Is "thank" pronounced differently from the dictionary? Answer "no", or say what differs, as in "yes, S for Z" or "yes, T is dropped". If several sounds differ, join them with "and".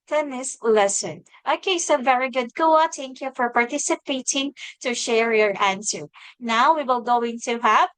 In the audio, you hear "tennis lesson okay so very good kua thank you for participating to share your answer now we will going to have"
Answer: yes, T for TH